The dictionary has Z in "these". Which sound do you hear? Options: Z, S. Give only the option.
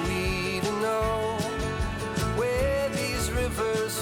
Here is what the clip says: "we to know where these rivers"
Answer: Z